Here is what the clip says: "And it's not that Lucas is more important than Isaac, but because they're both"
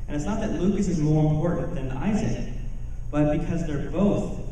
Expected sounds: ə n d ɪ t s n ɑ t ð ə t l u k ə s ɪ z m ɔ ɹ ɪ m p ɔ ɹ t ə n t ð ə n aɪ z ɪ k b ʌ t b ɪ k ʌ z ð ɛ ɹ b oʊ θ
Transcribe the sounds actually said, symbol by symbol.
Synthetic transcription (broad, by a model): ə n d ɪ t s n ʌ t ð ə t l u k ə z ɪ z m ɔ ɹ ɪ m p ɔ ɹ t n ð ə n aɪ z ɪ k b ʌ t b ɪ k ʌ z ð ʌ ɹ b oʊ θ